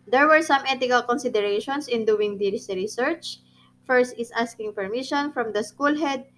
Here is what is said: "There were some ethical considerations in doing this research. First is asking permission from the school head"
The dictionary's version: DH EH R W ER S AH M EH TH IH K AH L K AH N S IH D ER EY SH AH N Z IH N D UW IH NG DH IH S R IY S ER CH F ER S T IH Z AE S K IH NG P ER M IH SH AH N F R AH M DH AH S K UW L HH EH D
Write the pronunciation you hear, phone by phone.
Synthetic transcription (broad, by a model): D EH R W ER S AH M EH T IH K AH L K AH N S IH D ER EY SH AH N S IH N D UW IH NG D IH S R IY S ER CH F ER S T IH S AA S K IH NG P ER M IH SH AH N F R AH M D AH S K UW L HH EH D